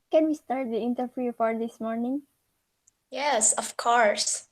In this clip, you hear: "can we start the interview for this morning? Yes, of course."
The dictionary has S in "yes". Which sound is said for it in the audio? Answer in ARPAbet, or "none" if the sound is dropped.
S